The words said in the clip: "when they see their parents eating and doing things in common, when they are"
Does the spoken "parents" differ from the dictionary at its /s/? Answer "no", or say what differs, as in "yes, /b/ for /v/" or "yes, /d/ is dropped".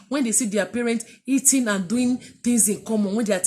yes, /s/ is dropped